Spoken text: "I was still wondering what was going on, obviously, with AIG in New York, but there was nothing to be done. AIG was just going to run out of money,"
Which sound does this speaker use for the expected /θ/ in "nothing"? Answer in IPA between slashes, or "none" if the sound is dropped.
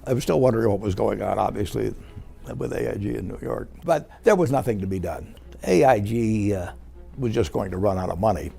/θ/